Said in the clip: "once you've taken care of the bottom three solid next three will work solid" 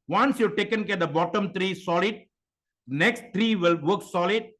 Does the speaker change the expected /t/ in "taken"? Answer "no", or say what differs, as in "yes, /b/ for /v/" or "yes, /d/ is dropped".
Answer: no